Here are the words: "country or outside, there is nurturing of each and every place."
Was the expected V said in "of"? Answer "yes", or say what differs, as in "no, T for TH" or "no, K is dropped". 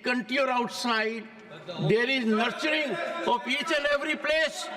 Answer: no, P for V